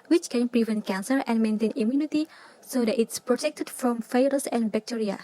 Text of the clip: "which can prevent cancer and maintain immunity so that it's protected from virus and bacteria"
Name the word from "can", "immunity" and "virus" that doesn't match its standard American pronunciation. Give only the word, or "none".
virus